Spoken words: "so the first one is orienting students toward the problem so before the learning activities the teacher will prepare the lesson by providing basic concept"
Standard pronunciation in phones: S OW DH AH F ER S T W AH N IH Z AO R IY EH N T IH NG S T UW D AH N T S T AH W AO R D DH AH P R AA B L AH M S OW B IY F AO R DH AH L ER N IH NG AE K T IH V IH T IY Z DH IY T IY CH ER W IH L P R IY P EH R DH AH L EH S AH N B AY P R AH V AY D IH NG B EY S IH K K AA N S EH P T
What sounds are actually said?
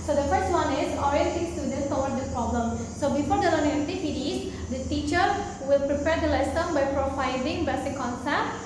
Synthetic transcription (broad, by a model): S OW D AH F ER S T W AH N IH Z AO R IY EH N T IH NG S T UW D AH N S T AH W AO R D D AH P R AA B L AH M S OW B IY F AO R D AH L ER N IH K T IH P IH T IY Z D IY T IY CH ER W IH L P R IY P EH R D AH L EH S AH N B AY P R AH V AY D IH NG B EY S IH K K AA N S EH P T